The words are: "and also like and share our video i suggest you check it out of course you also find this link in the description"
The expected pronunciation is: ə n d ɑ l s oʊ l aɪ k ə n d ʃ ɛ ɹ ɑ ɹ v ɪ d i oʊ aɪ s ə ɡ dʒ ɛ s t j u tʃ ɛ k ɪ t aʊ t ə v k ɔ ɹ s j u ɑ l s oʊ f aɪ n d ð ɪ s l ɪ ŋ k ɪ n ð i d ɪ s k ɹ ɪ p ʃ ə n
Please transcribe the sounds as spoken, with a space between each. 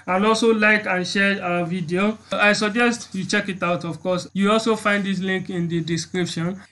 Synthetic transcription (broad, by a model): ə n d ɑ l s oʊ l aɪ k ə n ʃ ɛ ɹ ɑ v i d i oʊ aɪ s ə ɡ dʒ ɛ s t j u tʃ ɛ k ɪ t aʊ t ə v k ɔ s j u ɑ l s oʊ f aɪ n d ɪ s l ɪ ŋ k ɪ n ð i d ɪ s k ɹ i p ʃ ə n